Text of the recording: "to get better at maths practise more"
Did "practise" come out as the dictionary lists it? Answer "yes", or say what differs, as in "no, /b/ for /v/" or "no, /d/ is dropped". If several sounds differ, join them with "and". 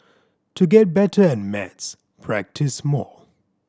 yes